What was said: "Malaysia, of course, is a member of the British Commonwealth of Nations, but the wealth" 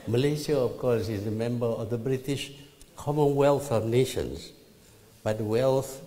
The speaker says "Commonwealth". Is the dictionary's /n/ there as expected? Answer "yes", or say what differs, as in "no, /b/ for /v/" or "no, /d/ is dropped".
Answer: yes